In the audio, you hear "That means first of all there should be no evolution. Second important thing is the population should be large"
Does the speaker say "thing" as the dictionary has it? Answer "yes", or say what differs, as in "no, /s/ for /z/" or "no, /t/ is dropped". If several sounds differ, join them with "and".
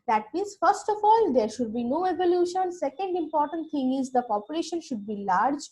no, /t/ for /θ/